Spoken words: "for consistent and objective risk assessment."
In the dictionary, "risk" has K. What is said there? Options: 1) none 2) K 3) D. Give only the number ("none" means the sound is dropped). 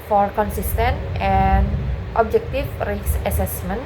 1